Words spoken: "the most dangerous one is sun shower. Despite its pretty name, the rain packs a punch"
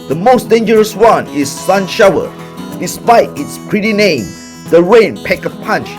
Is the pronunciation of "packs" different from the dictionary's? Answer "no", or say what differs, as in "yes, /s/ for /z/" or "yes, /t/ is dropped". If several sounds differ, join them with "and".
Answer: yes, /s/ is dropped